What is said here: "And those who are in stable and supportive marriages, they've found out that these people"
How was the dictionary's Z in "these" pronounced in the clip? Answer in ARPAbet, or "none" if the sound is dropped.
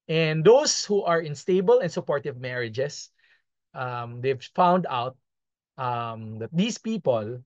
S